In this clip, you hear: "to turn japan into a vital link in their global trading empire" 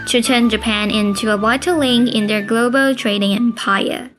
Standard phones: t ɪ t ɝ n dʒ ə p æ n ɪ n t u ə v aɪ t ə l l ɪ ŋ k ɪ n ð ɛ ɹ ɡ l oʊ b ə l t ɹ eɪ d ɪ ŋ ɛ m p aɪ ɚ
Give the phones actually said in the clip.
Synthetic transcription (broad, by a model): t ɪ t ɝ n dʒ ə p æ n ɪ n t u ə w aɪ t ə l l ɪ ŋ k ɪ n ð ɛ ɹ ɡ l oʊ b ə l t ɹ eɪ d ɪ ŋ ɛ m p aɪ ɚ